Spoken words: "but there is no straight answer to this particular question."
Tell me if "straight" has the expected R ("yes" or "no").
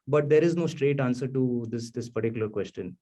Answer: yes